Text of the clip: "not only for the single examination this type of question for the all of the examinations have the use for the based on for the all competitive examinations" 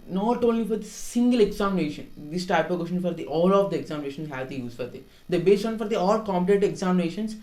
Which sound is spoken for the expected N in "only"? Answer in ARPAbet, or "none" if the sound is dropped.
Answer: none